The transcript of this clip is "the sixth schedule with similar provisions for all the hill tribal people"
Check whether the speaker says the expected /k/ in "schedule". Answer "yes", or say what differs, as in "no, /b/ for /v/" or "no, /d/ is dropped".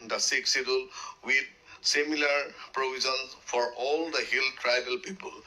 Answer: no, /k/ is dropped